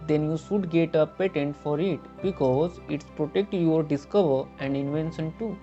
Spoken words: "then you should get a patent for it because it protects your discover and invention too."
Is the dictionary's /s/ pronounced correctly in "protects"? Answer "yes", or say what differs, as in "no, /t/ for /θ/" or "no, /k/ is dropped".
no, /s/ is dropped